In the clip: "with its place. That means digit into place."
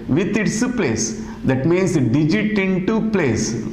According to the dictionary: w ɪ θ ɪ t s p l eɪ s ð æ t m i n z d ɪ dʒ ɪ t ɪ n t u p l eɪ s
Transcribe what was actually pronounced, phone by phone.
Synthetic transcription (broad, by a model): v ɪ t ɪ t s p l eɪ s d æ t m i n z d ɪ dʒ ɪ t ɪ n t u p l eɪ s